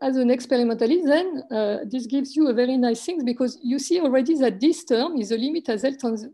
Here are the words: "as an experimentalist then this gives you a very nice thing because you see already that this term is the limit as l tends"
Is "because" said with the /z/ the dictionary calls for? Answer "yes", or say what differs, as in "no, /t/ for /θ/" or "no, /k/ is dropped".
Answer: yes